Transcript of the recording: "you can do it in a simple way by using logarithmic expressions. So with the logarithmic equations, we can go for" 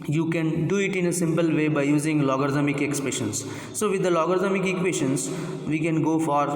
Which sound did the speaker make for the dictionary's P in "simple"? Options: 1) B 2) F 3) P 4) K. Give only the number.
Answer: 3